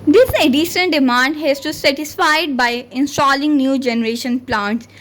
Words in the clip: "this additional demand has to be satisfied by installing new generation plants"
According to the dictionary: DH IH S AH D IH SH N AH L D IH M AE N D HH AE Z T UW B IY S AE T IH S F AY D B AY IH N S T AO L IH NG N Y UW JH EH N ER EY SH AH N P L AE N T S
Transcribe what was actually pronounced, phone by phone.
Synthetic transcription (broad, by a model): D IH S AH D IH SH AH N D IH M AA N D HH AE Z T UW S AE T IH S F AY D B AY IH N S T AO L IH NG N Y UW JH EH N ER EY SH AH N P L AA N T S